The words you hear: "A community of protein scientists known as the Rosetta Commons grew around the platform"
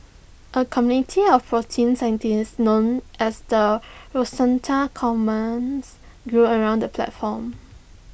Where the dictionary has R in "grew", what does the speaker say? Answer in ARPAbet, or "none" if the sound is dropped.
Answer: R